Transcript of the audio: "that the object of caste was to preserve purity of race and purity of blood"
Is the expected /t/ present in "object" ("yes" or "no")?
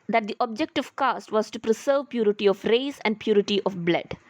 yes